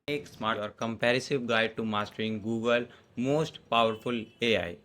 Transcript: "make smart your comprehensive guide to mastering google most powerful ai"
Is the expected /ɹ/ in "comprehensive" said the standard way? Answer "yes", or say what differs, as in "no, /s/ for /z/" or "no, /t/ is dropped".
no, /ɹ/ is dropped